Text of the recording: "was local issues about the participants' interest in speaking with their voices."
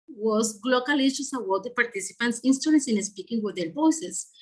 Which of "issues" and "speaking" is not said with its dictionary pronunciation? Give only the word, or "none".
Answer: issues